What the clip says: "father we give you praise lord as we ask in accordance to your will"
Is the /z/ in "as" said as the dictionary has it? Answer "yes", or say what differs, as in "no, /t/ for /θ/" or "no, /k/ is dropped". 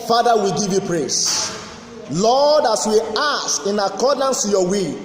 no, /s/ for /z/